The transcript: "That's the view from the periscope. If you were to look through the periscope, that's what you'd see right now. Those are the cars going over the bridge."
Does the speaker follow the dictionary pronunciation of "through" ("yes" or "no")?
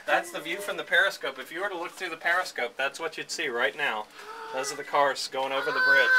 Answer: yes